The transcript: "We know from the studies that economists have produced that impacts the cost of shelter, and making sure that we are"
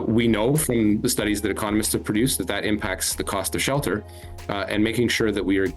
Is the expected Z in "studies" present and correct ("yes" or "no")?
yes